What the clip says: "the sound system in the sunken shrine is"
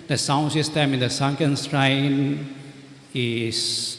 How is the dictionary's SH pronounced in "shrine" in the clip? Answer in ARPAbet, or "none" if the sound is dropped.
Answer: S